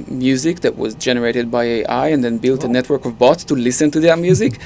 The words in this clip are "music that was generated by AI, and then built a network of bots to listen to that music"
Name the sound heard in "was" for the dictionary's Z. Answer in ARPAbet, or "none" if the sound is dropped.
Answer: Z